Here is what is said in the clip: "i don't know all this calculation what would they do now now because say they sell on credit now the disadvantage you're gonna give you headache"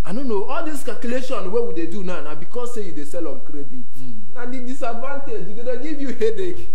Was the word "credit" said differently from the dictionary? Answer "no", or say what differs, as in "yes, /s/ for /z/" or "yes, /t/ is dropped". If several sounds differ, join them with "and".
no